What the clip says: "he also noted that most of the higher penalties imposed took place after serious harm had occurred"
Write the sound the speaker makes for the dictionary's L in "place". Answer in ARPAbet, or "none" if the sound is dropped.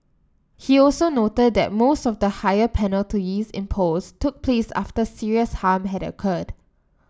L